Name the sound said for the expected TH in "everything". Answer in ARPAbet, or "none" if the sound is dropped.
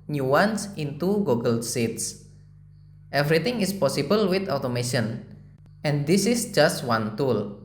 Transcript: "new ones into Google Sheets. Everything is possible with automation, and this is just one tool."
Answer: T